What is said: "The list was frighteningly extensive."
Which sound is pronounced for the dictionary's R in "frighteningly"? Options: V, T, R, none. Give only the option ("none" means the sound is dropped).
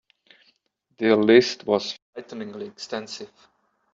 none